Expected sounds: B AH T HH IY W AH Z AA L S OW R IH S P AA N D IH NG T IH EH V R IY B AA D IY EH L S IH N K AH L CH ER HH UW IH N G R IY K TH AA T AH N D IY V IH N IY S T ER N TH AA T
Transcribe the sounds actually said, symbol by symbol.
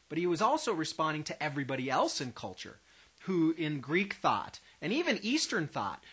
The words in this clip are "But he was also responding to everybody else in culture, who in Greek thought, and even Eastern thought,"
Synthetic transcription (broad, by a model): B AH T HH IY W AH Z AA L S OW R IH S P AA N D IH NG T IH EH V R IY B AA D IY EH L S IH N K AH L CH ER HH UW IH N G R IY K TH AA T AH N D IY V IH N IY S T ER N TH AA T